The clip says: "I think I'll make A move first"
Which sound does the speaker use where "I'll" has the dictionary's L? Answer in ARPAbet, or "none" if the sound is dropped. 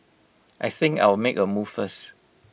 W